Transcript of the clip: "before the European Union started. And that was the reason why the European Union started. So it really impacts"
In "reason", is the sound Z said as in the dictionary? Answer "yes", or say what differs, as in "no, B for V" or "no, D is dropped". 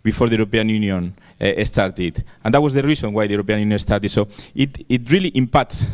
no, S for Z